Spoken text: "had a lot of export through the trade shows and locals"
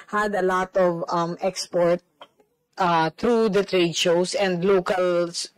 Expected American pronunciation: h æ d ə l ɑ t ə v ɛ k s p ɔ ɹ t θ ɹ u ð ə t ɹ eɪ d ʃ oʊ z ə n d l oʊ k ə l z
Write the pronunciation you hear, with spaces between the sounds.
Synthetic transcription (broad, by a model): h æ d ə l ɑ t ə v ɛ k s p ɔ ɹ t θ ɹ u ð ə t ɹ eɪ d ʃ oʊ s ə n d l oʊ k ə l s